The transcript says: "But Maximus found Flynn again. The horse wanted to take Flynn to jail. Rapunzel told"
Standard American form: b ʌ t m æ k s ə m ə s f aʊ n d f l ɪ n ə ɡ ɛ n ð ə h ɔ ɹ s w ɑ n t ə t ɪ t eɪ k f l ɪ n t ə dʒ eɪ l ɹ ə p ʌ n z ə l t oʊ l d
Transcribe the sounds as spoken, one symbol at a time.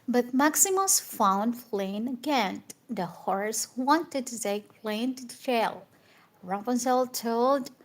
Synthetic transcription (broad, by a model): b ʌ t m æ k s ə m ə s f aʊ n d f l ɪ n ə ɡ ɛ n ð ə h ɔ ɹ s w ɑ n t ə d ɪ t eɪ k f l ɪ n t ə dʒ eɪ l ɹ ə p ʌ n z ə l t oʊ l d